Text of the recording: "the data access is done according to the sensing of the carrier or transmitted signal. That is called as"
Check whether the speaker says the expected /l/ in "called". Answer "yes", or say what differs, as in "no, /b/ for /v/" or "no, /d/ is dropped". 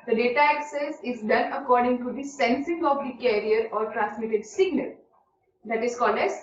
yes